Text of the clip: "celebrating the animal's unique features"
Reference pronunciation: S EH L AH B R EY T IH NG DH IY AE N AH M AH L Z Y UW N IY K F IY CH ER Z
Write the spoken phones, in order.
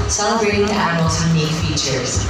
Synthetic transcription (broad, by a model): S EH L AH B R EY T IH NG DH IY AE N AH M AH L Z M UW IH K F IY CH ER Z